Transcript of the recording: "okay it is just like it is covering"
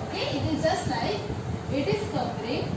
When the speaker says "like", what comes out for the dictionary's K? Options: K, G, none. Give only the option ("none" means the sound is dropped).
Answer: none